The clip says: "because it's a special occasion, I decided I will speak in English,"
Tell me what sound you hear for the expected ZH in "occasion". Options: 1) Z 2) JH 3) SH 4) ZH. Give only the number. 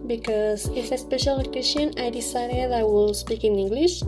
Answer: 3